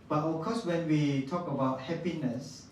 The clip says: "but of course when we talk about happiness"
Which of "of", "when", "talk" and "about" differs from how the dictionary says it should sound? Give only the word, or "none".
of